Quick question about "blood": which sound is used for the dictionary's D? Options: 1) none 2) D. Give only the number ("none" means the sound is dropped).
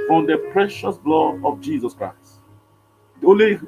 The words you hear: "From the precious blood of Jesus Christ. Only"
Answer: 1